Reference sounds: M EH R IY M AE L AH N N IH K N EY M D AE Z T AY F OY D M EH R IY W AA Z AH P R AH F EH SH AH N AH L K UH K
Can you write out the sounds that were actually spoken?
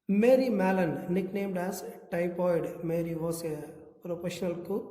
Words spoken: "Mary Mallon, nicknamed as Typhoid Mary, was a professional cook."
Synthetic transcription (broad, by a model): M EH R IY M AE L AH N N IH K N EY M D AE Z T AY P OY D M EH R IY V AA S AH P R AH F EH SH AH N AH L K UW